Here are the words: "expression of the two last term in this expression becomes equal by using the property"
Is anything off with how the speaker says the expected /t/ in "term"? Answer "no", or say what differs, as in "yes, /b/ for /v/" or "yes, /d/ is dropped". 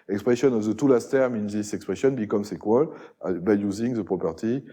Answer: no